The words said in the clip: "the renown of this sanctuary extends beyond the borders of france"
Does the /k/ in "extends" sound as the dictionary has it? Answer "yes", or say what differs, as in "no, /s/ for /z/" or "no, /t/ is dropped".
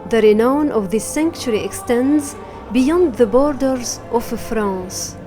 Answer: yes